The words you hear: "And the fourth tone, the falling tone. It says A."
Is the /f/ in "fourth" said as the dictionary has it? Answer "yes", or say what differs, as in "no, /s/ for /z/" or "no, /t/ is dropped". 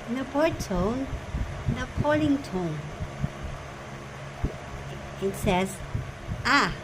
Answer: no, /p/ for /f/